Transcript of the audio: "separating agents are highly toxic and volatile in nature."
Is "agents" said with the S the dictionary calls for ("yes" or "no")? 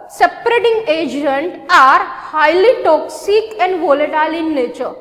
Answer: no